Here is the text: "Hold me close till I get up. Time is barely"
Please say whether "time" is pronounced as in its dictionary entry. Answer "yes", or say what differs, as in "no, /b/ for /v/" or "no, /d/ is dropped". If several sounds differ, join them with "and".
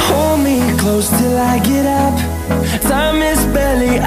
no, /s/ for /t/